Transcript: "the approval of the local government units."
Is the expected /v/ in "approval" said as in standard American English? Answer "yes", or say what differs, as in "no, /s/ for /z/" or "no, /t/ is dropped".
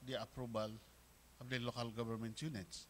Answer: no, /b/ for /v/